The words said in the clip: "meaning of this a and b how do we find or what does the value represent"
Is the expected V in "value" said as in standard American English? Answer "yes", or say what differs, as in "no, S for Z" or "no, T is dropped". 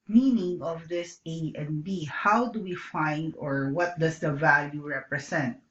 yes